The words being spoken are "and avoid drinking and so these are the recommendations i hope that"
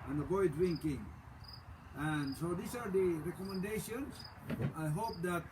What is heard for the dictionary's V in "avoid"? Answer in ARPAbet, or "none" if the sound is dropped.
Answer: B